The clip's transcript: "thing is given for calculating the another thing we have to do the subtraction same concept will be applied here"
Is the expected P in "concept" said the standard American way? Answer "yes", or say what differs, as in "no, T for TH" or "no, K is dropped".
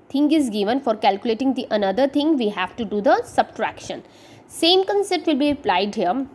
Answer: no, P is dropped